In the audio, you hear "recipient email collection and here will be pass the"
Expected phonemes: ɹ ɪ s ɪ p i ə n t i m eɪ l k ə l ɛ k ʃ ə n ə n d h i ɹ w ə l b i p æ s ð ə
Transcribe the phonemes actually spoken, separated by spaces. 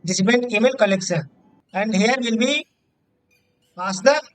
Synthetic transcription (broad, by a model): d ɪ s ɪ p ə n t i m eɪ l k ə l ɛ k s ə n ə n d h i ɹ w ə l b i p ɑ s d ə